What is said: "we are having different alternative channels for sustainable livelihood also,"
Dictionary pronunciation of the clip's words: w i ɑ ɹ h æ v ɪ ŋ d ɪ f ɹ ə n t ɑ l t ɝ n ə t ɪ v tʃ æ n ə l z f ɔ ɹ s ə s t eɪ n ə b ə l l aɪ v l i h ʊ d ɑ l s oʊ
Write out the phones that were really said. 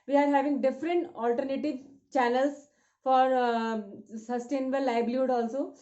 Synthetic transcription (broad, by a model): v i ɑ ɹ h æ v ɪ ŋ d ɪ f ɹ ə n t ɑ l t ɝ n ə t ɪ v tʃ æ n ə l s f ɔ ɹ s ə s t eɪ n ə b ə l l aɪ b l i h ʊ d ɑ l s oʊ